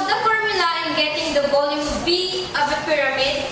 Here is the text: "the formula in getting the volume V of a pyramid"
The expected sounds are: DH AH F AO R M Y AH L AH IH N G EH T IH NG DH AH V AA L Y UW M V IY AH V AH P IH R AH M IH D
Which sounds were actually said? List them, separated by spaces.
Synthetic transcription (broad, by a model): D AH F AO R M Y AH L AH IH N G EH T IH NG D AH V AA L Y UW M B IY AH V AH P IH R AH M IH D